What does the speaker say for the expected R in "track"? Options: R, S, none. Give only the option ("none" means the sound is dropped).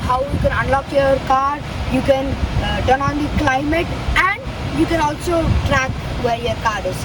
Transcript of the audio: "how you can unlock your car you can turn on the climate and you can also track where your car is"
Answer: R